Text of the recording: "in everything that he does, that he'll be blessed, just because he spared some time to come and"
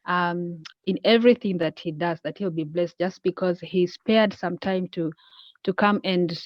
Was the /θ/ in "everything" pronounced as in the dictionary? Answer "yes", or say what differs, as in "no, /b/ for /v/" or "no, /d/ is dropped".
yes